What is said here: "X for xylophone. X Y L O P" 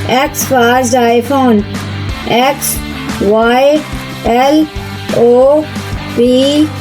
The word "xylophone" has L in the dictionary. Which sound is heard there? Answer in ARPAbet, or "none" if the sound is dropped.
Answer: none